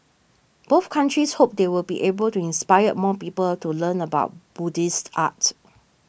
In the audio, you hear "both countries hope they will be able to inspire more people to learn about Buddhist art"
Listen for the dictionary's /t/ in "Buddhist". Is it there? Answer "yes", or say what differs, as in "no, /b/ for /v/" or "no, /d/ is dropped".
yes